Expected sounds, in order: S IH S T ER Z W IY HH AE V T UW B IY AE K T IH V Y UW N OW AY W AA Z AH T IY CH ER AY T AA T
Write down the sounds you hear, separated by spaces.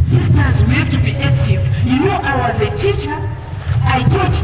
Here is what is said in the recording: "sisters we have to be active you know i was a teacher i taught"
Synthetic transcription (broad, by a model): S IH S T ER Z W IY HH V T UW B IY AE K T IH V Y UW N OW AY W AA Z AH T IY CH ER AY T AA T